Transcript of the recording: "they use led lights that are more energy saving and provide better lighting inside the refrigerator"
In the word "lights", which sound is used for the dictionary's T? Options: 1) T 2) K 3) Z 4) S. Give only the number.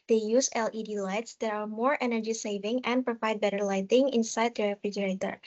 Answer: 1